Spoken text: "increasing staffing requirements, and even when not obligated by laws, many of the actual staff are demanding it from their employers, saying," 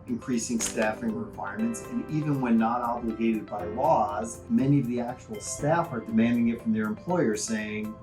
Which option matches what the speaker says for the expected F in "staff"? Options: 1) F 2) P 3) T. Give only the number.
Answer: 1